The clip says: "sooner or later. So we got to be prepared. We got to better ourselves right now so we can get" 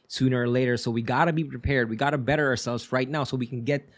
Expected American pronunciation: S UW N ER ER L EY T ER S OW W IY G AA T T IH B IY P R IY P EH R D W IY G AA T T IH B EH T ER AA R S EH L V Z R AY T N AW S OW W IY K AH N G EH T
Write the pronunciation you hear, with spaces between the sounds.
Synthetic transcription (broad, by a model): S UW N ER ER L EY T ER S OW W IY G AA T T IH B IY P R IY P EH R D W IY G AA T T IH B EH T ER AA R S EH L V Z R AY T N AW S OW W IY K N G EH T